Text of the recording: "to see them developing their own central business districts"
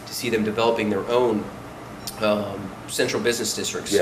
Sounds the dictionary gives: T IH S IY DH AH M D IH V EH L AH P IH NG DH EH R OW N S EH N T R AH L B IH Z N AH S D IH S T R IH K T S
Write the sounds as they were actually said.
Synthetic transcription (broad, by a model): T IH S IY DH AH M D IH V EH L AH P IH NG DH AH R OW N S EH N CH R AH L B IH Z N AH S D IH S T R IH K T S